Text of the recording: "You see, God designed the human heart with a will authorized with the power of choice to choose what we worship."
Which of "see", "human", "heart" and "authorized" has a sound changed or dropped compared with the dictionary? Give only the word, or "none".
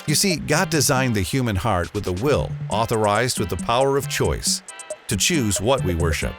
none